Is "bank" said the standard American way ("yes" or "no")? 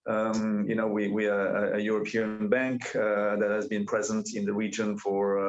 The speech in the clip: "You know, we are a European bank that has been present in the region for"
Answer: yes